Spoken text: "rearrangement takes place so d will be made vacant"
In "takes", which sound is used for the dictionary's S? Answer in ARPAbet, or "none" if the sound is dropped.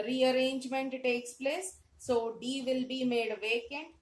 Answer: S